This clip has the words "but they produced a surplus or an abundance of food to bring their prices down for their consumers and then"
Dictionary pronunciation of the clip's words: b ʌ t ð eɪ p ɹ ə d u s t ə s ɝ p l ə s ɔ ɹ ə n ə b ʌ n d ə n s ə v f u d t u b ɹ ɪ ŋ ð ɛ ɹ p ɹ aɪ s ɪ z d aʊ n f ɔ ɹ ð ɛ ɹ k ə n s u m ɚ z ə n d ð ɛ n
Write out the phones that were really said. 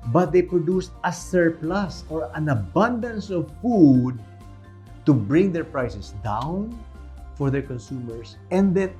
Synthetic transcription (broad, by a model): b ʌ t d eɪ p ɹ ə d u s t ə s ɝ p l ə s ɔ ɹ ə n ə b ʌ n d ə n s ə v f u d t u b ɹ ɪ ŋ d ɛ ɹ p ɹ aɪ s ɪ s d aʊ n f ɔ ɹ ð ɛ ɹ k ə n s u m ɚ s ə n d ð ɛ n